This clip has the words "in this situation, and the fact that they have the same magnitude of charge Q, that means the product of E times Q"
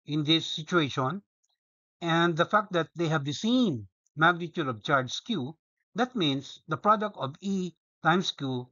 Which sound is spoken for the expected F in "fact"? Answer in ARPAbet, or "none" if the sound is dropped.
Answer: F